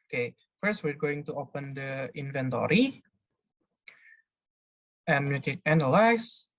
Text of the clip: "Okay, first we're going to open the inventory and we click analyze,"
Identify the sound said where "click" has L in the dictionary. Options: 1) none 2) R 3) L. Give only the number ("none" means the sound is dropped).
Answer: 1